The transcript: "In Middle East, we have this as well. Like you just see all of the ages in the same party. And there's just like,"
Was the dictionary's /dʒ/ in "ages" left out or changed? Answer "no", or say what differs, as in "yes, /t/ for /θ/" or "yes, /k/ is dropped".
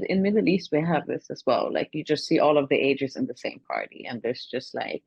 no